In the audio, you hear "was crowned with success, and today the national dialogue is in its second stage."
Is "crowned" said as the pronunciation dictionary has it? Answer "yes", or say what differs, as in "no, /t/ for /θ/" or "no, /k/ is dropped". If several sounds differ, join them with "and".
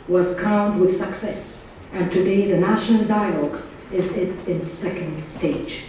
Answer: no, /ɹ/ is dropped